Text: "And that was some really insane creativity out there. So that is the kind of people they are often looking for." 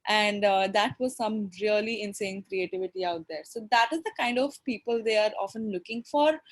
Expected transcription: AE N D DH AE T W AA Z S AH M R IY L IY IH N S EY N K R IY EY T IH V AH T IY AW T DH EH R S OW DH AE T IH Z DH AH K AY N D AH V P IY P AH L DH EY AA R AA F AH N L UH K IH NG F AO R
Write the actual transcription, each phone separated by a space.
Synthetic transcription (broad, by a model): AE N D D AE T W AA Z S AH M R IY L IY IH N S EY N K R IY EY T IH V AH T IY AW T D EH R S OW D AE T IH Z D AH K AY N D AH V P IY P AH L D EY AA R AA F AH N L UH K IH NG F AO R